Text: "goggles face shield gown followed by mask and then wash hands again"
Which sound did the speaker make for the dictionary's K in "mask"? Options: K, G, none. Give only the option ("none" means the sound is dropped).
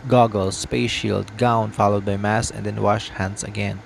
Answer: none